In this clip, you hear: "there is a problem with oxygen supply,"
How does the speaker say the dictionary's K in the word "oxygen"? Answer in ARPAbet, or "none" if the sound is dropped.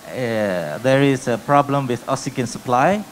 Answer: none